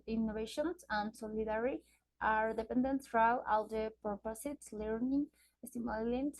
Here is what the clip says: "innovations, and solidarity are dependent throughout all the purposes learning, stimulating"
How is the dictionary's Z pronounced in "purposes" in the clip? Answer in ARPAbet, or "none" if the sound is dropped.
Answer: S